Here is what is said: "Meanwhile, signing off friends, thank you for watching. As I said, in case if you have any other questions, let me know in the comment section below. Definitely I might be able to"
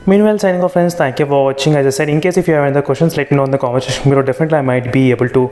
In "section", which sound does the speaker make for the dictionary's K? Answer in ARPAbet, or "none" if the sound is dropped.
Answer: none